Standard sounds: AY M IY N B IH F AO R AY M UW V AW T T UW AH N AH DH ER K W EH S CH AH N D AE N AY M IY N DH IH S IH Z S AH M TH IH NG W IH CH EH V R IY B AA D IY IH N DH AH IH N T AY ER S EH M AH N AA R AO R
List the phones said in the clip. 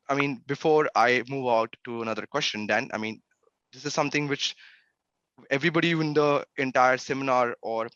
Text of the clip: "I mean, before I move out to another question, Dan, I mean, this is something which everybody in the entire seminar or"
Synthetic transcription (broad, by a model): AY M IY N B IH F AO R AY M UW V AW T T UW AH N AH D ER K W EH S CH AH N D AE N AY M IY N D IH S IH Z S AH M T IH NG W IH CH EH V R IY B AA D IY IH N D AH IH N T AY ER S EH M AH N AA R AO R